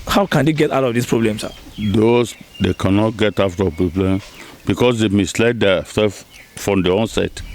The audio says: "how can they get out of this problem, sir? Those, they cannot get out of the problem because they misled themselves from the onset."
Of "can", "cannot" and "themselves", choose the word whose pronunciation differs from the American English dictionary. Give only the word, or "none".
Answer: themselves